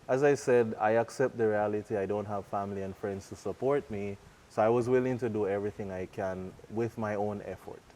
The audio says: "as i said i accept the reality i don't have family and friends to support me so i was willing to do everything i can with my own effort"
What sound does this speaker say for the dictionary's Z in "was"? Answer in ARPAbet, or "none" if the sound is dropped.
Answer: Z